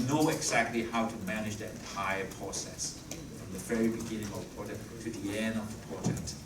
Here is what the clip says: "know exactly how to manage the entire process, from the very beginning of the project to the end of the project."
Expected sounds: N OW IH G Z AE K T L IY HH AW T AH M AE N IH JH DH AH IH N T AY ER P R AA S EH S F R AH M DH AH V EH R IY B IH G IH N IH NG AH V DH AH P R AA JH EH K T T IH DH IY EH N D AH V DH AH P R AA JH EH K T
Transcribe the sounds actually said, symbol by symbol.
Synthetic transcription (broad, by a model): N OW IH G Z AE K T L IY HH AW T AH M AE N IH JH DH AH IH T AY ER P R AA S EH S F R AH M DH AH V EH R IY B IH G IH N IH NG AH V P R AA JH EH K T T IH DH IY EH N D AH V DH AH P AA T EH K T